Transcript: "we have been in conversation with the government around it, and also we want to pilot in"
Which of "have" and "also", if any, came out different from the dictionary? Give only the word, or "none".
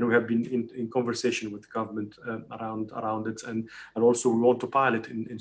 none